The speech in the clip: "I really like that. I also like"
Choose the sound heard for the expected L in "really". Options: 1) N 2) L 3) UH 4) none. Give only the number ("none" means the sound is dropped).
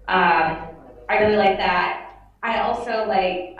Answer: 4